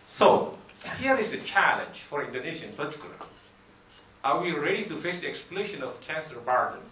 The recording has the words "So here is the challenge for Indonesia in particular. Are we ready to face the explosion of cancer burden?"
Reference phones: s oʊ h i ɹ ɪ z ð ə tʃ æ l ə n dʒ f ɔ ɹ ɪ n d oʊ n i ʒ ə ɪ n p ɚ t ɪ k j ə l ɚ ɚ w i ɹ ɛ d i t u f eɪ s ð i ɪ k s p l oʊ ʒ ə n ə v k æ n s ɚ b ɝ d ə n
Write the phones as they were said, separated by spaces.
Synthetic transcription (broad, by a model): s oʊ h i ɹ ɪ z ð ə tʃ æ l ə n dʒ f ɔ ɹ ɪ n d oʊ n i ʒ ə ɪ n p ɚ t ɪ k j l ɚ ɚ w i ɹ ɛ d i t u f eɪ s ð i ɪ k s p l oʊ ʃ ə n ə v k æ n s ɚ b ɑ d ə n